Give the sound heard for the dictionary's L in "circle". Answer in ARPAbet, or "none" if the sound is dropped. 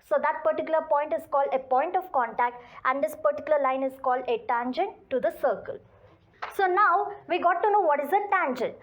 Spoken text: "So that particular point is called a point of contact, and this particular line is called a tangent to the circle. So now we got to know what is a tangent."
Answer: L